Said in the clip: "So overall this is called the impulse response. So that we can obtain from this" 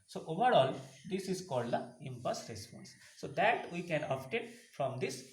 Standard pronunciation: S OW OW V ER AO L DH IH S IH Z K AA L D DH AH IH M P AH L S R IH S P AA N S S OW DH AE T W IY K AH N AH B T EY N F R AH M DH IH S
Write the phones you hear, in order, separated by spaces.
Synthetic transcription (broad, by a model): S OW OW V ER AO L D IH S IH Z K AA L D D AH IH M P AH S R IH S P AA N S S OW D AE T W IY K AH N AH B T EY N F R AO M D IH S